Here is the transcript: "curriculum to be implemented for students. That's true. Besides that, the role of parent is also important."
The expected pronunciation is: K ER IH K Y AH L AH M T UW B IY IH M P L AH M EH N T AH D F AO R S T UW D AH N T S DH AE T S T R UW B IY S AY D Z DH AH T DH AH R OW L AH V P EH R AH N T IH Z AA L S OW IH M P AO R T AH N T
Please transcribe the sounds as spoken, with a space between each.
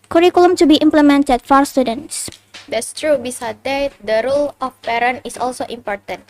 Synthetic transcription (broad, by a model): K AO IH K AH L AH M T UW B IY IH M P L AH M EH N T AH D F AO R S T UW D AH N T S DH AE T S T R UW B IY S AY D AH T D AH R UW L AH F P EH R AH N IH S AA L S OW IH M P AO R T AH N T